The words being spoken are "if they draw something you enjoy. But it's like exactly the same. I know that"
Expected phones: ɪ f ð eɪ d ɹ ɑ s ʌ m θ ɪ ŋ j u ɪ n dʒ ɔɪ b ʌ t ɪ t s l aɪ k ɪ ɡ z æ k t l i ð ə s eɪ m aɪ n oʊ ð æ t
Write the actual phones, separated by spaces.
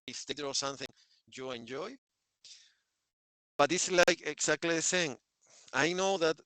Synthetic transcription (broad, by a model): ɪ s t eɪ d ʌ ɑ s ʌ m θ ɪ ŋ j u ɪ n dʒ ɔɪ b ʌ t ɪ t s l aɪ k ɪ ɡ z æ k t l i ð ə s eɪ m aɪ n oʊ ð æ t